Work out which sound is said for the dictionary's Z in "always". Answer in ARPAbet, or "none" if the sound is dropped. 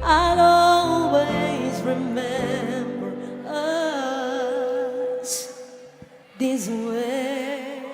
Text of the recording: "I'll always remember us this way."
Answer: Z